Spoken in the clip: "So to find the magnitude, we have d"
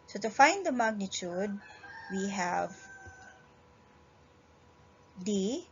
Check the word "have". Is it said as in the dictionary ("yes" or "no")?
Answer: yes